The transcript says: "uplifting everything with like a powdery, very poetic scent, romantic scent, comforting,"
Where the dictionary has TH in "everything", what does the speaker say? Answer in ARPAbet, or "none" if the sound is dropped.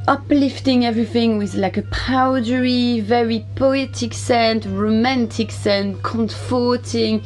TH